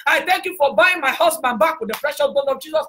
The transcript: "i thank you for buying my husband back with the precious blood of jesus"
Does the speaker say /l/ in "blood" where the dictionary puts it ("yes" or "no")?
no